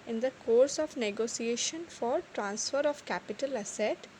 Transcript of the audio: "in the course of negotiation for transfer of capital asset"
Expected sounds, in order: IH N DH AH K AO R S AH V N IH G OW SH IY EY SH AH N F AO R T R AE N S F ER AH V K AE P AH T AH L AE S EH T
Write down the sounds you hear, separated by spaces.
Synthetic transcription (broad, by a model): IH N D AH K AO R S AH V N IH G OW S IY EY SH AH N F AO R T R AE N S F ER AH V K AE P AH T AH L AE S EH T